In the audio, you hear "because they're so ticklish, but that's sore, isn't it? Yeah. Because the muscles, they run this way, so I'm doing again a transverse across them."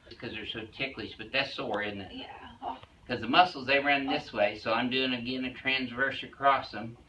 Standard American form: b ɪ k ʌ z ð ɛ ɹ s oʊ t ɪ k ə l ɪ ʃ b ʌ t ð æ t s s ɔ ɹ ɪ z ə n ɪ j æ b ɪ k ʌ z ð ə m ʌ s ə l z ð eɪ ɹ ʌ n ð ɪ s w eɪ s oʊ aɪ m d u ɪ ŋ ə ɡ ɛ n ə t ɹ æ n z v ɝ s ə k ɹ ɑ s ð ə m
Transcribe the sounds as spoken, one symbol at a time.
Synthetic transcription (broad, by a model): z k ʌ z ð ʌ ɹ s oʊ t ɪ k l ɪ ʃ b ʌ t ð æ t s s ɔ ɹ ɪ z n ɪ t k ʌ z ð ə m ʌ s l z ð eɪ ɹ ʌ n ð ɪ s w eɪ s oʊ aɪ m d u ɪ ŋ ə ɡ ɛ n ə t ɹ æ n z v ɝ s ə k ɹ ɑ s ð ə m